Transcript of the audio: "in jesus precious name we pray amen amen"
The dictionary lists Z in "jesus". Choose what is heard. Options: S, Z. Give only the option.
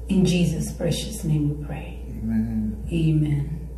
Z